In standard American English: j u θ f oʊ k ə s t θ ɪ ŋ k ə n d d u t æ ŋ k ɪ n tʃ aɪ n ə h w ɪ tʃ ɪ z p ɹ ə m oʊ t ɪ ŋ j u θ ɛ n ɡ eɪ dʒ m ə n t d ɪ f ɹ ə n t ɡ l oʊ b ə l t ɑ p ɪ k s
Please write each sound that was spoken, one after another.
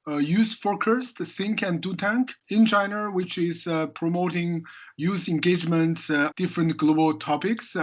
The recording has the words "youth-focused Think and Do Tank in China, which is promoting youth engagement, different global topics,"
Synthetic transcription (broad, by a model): j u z f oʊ k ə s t s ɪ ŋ k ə n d d u t æ ŋ k ɪ n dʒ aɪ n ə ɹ w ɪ tʃ ɪ z p ɹ ə m oʊ t ɪ ŋ j u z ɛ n ɡ eɪ dʒ m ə n t d ɪ f ɹ ə n t ɡ l oʊ b ə l t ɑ p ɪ k s